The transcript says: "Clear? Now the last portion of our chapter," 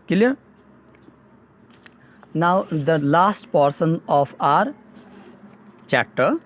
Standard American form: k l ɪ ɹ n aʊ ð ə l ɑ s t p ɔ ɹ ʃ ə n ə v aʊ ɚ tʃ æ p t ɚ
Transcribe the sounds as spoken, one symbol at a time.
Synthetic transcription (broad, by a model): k l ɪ n aʊ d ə l ɑ s t p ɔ ɹ s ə n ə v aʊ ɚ tʃ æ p t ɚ